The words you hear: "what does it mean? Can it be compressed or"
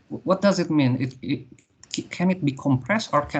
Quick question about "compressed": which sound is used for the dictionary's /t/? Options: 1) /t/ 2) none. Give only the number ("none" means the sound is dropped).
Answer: 1